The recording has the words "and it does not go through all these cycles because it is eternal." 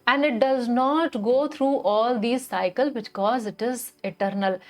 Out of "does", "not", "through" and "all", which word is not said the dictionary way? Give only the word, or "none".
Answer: through